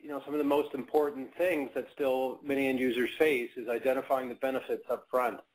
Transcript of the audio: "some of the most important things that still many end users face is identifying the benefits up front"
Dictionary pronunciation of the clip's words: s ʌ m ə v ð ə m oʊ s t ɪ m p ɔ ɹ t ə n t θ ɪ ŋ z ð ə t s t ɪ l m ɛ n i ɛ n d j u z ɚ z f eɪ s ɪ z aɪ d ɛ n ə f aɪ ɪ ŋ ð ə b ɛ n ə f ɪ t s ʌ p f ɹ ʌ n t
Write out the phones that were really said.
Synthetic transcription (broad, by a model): s ʌ m ə v ð ə m oʊ s t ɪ m p ɔ ɹ t n θ ɪ ŋ z ð ə t s t ɪ l m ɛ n i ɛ n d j u z ɚ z f eɪ s ɪ z aɪ d ɛ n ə f aɪ ɪ ŋ ð ə b ɛ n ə f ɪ t s ʌ p f ɹ ʌ n t